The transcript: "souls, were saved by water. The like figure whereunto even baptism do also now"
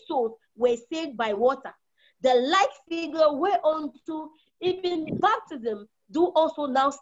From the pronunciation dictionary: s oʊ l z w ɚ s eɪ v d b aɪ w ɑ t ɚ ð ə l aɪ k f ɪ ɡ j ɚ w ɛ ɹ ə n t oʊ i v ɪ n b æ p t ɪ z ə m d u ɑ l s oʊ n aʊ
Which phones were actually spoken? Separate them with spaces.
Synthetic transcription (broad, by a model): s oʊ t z w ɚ s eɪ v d b aɪ w ɑ t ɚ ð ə l aɪ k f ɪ ɡ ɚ w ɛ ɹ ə n t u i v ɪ n b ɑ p t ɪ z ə m d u ɑ l s oʊ n aʊ